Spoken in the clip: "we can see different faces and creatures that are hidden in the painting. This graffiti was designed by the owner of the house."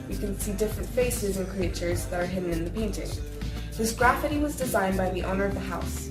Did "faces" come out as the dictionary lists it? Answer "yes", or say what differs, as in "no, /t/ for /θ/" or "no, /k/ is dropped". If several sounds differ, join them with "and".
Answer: yes